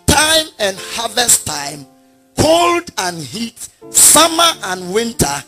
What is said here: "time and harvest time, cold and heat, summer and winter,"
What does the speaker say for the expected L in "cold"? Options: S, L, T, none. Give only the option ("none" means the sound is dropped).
L